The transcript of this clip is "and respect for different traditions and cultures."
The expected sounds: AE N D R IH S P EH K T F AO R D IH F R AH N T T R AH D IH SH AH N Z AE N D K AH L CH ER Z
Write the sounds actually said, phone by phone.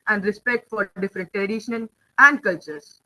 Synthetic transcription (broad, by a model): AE N D R IH S P EH K T F AO R D IH F R AH N T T R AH D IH SH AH N AE N D K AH L CH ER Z